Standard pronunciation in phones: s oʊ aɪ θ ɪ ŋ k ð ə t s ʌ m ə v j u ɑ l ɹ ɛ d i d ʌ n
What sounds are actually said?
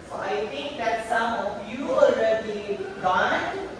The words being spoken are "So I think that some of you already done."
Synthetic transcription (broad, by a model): s oʊ aɪ t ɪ ŋ k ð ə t s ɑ m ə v j u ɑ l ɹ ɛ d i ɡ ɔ n